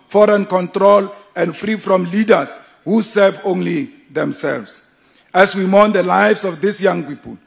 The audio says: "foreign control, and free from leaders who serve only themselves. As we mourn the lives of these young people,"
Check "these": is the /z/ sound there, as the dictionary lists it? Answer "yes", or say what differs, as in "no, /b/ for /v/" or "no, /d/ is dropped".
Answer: no, /s/ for /z/